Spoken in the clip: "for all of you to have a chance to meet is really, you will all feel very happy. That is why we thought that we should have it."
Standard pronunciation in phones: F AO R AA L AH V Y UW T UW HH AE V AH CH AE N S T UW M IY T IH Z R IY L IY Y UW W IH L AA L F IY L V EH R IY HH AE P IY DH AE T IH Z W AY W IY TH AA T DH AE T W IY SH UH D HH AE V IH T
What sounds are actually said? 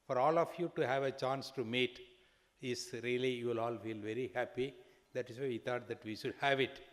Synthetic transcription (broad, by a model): F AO R AA L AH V Y UW T UW HH AE V AH CH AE N S T UW M IY T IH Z R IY L IY Y UW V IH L AA L F IY L V EH R IY HH AE P IY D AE T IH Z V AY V IY T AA T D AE T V IY SH UH D HH AE V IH T